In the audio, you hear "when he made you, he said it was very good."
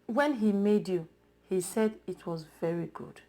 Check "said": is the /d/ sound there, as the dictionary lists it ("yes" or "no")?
yes